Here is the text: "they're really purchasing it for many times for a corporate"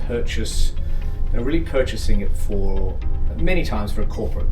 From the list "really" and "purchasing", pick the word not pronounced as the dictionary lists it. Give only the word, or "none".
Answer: none